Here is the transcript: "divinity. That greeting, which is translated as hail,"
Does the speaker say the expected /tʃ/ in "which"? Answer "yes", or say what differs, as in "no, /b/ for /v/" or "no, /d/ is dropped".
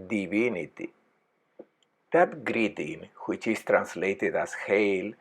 yes